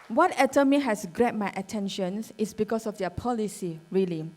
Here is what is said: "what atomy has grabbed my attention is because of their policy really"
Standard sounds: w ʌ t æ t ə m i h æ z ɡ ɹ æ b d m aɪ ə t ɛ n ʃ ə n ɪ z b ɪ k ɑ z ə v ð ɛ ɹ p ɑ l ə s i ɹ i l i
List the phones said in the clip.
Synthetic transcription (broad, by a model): w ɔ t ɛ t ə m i h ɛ s ɡ ɹ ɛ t m aɪ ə t ɛ n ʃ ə n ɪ s b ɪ k ɑ s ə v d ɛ p ɑ l ə s i ɹ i l i